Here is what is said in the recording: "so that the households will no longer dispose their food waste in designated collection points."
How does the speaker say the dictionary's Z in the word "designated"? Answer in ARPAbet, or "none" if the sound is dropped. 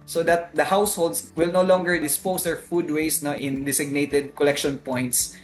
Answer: S